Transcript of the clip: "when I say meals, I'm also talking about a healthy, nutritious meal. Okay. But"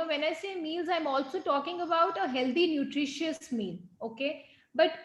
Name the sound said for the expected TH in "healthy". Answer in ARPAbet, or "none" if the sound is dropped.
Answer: T